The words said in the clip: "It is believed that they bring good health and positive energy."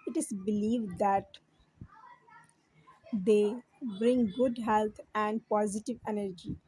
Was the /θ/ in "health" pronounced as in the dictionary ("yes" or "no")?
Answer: no